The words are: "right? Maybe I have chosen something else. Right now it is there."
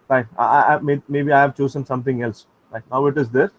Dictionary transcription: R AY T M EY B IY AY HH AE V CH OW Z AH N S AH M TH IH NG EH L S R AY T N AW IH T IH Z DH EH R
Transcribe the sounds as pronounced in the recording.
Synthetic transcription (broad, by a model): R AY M M EY B IY AY HH AE V CH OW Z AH N S AH M T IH NG EH L S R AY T N AW IH T IH Z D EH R